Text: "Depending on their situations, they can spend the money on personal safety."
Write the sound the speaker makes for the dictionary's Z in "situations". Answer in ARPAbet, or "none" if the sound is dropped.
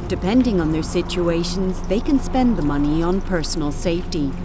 Z